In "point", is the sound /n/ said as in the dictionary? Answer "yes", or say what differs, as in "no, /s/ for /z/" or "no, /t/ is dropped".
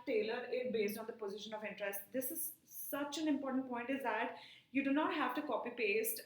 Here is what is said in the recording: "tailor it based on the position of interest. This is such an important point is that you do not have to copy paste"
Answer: yes